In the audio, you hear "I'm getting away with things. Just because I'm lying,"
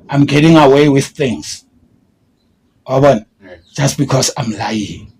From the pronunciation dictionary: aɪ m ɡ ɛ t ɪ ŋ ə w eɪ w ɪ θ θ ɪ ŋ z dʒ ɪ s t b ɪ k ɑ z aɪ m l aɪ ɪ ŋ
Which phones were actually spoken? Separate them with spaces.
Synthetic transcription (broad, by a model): aɪ m ɡ ɛ t ɪ ŋ ə w eɪ w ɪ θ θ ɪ ŋ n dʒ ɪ s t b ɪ k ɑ s aɪ m l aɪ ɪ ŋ